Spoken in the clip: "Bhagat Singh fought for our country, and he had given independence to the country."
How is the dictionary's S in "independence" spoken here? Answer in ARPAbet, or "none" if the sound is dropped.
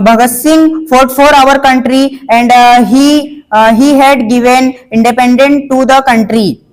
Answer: none